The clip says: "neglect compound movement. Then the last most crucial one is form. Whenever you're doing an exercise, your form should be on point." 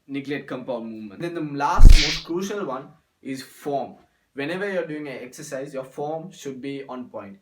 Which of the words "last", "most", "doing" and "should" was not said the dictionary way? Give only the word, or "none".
none